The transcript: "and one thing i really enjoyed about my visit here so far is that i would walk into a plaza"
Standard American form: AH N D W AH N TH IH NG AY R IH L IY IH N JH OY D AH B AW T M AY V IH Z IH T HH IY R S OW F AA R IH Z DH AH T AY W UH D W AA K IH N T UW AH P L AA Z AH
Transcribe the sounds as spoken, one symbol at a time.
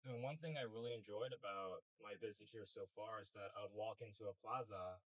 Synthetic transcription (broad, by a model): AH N W AH N TH IH NG AY R IH L IY IH N JH OY D AH B AW T M AY V IH Z IH T HH IY R S OW F AA R IH Z DH AH T AY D W AA K IH N T UW AH P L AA Z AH